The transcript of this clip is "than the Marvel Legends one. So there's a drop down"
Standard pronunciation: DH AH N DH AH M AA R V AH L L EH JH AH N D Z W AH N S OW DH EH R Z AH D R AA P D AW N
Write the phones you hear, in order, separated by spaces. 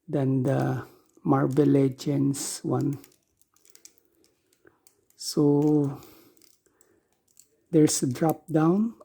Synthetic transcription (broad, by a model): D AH N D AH M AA R B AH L L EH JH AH N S W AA N S OW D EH R S AH D R AA P D AW N